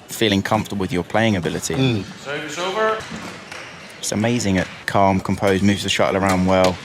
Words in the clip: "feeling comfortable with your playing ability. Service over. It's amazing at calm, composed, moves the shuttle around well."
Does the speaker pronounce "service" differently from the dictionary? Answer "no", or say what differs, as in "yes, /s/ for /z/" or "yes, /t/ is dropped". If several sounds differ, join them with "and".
yes, /v/ is dropped